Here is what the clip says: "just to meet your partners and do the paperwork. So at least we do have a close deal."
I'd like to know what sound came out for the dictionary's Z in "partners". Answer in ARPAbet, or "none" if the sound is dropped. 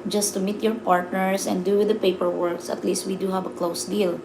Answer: S